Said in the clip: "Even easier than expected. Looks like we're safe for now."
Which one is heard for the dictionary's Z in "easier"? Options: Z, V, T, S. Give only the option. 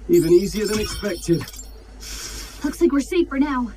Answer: Z